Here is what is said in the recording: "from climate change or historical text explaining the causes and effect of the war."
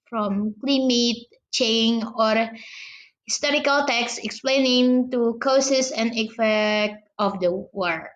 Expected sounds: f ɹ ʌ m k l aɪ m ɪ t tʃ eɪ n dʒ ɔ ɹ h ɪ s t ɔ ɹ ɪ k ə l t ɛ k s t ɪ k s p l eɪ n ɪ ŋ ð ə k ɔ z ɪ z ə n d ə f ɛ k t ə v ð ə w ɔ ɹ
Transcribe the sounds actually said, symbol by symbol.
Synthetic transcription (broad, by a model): f ɹ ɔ m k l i m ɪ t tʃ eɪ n ɔ ɹ h ɪ s t ɔ ɹ ɪ k ə l t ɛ k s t ɪ k s p l eɪ n ɪ ŋ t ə k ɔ s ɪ s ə n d ə f ɛ k t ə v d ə w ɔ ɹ